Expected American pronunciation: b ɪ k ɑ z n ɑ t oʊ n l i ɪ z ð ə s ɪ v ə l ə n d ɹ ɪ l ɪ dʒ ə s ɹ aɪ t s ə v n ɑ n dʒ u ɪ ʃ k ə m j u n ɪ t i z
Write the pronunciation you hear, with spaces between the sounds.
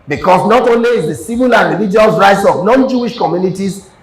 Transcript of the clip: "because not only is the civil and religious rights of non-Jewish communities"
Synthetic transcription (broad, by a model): b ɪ k ɑ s n ɑ t oʊ n l i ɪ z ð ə s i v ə l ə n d ɹ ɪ l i dʒ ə s ɹ aɪ t s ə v n ɑ n dʒ u ɪ ʃ k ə m j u n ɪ t i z